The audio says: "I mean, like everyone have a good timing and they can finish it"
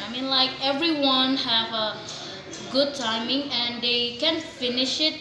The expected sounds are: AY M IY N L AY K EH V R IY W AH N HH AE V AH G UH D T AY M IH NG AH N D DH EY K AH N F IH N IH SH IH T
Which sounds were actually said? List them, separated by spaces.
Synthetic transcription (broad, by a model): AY M IY N L AY K EH V R IY W AH N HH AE V AH G UH D T AY M IH NG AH N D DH EY K AH N F IH N IH SH IH T